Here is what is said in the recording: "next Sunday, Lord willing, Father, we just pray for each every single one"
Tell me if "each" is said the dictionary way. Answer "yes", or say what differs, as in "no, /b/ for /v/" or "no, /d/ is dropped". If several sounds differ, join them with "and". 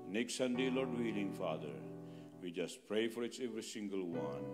no, /s/ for /tʃ/